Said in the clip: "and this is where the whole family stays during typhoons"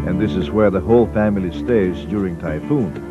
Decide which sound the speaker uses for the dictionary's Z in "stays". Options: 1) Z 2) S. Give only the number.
1